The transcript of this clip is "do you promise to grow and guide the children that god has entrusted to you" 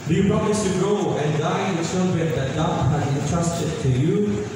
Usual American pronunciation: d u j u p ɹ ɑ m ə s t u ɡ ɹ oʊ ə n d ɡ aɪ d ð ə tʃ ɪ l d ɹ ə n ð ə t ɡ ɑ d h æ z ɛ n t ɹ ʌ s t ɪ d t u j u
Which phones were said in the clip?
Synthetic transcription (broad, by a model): d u j u p ɹ ɑ m ə s t u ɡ oʊ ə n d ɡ aɪ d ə s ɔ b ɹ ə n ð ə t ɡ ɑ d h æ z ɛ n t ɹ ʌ s t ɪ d t u j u